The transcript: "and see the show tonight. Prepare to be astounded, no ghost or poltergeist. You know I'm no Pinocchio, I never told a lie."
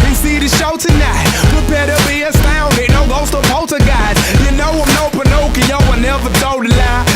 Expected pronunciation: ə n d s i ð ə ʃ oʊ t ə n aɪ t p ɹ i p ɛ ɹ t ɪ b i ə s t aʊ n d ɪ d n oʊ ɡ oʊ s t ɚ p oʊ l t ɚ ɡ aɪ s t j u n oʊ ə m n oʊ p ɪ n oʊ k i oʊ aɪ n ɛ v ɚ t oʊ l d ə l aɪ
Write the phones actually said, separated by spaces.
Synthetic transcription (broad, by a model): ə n s i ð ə ʃ oʊ t ə n aɪ t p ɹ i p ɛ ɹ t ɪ b i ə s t aʊ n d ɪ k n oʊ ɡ oʊ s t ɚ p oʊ t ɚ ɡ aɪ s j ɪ n oʊ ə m n oʊ p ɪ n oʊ k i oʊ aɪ n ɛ v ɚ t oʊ d ə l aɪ